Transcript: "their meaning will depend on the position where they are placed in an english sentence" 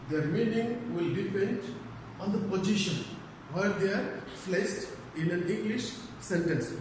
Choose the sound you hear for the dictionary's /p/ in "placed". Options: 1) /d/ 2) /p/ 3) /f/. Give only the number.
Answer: 3